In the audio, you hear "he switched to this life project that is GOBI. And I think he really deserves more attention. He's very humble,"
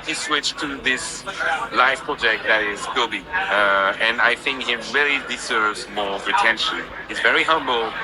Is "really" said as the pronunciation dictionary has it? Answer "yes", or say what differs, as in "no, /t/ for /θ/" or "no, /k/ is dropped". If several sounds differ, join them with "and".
yes